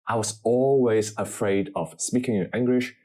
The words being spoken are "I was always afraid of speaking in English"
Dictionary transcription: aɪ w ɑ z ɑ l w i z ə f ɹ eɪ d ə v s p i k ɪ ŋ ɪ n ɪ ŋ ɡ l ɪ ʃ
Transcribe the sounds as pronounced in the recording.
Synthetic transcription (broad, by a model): aɪ w ɑ z ɑ l w i z ə f ɹ eɪ d ə v s p i k ɪ ŋ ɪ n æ ŋ ɡ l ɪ ʃ